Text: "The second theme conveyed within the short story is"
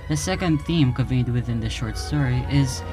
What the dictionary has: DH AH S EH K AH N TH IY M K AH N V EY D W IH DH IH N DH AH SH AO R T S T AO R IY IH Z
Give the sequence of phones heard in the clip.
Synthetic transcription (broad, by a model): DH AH S EH K AH N TH IY M K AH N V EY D W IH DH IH N DH AH SH AO R T S T AO R IY IH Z